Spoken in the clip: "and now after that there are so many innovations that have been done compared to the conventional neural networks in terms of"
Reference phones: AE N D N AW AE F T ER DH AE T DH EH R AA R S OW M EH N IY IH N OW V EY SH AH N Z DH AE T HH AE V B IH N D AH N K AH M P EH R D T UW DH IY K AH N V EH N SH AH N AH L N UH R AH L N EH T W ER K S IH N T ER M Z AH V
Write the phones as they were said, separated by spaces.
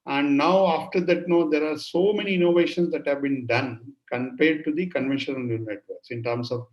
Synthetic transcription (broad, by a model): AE N D N AW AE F T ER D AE T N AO R AA R S OW M EH N IY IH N OW V EY SH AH N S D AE T HH AE V B IH N D AH N K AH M P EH R D T UW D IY K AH N V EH N SH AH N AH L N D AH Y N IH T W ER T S IH N T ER M S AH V